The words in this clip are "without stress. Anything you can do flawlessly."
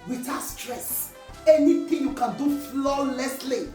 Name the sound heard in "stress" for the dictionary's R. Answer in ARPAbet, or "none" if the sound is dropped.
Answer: R